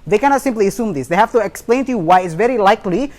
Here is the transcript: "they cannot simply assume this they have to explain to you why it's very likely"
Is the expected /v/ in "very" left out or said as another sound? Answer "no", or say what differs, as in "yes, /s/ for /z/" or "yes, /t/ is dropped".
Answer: no